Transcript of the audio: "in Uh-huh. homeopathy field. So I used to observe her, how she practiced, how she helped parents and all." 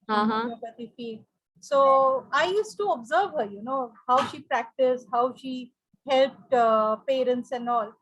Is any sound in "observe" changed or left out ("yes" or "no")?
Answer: no